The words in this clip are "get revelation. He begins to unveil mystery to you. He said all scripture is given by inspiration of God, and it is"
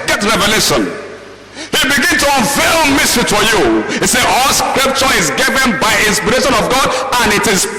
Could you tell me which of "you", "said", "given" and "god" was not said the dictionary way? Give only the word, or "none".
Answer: said